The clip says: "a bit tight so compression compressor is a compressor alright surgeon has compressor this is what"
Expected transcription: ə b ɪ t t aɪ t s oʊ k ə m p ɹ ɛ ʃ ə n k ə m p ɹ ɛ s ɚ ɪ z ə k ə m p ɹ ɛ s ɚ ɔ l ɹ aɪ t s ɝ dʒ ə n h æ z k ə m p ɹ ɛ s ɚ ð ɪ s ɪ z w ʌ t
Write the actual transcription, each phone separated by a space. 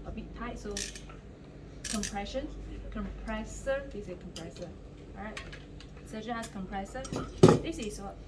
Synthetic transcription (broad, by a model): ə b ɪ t t aɪ t s oʊ k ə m p ɹ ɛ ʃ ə n k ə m p ɹ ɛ s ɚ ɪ s ə k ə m p ɹ ɛ s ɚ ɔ ɹ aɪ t s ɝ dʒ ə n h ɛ s k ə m p ɹ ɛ s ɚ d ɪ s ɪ s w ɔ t